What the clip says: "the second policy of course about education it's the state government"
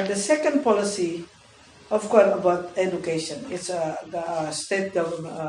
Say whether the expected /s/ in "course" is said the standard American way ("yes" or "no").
no